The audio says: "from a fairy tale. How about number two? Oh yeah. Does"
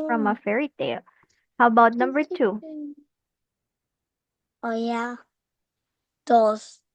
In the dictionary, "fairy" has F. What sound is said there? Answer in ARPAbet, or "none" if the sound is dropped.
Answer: F